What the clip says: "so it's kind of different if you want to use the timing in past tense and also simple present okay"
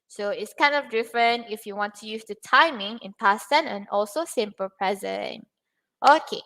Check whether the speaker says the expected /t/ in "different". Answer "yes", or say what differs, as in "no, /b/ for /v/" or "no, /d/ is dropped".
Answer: yes